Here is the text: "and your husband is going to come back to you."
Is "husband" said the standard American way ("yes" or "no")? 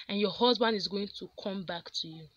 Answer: yes